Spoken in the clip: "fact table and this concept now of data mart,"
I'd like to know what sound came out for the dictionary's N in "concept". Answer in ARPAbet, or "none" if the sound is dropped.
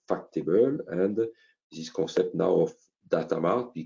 none